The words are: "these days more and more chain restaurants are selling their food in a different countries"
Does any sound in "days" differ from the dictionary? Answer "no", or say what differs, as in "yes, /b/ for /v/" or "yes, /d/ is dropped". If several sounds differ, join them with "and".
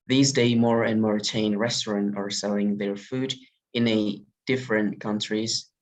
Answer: yes, /z/ is dropped